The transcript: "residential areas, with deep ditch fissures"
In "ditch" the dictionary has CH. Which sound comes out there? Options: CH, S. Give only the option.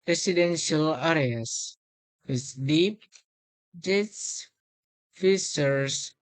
S